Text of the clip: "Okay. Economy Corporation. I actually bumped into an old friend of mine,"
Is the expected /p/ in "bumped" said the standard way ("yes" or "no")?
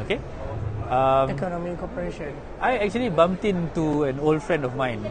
no